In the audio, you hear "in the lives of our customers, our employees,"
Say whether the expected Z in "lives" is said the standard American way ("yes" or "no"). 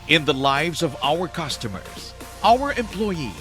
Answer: yes